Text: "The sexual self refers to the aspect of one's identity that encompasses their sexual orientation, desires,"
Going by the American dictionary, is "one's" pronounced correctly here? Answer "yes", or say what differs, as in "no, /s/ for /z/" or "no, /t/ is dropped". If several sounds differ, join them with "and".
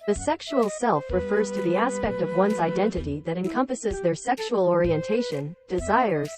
yes